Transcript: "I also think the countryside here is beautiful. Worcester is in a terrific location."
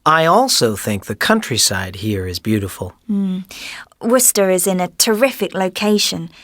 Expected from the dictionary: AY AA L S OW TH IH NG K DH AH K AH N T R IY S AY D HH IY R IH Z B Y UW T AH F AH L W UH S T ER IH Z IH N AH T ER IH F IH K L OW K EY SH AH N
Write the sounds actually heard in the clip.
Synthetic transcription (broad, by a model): AY AA L S OW TH IH NG K DH AH K AH N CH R IY S AY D HH IY R IH Z B Y UW T AH F AH L W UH S T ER IH Z IH N AH T ER IH F IH K L OW K EY SH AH N